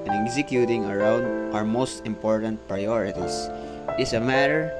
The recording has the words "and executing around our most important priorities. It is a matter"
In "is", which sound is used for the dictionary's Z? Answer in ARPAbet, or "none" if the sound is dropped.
S